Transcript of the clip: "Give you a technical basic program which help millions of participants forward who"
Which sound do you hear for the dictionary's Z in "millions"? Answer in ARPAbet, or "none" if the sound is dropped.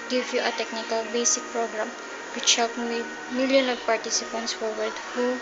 none